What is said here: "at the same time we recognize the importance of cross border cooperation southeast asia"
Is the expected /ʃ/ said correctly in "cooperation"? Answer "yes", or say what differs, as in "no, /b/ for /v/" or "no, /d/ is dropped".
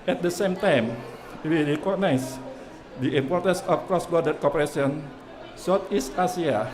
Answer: no, /s/ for /ʃ/